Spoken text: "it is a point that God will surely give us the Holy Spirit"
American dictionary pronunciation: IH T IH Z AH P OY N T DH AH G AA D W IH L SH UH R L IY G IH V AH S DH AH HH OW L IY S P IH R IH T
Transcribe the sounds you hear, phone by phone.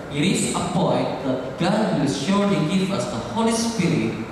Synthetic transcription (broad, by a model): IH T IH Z AH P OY T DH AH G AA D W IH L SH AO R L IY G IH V AH S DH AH HH OW L IY S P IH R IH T